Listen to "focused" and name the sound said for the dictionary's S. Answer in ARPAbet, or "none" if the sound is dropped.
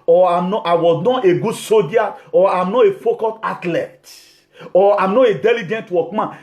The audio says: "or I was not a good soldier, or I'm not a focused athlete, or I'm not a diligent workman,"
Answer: none